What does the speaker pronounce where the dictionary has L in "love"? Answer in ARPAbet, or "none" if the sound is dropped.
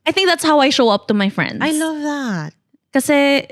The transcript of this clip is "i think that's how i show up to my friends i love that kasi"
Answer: N